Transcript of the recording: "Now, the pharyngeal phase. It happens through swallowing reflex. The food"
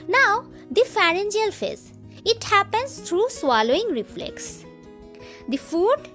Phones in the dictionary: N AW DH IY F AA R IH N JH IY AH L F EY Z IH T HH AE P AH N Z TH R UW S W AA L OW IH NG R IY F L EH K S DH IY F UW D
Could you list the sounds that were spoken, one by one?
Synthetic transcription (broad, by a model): N AW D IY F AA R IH N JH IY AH L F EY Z IH T HH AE P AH N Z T R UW S W AA L OW IH NG R IY F L EH K S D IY F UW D